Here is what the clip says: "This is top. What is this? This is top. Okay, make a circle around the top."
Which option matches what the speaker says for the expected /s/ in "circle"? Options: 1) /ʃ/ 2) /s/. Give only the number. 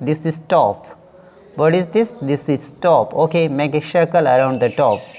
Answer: 1